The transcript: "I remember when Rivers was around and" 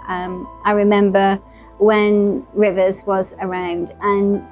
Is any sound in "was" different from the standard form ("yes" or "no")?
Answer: no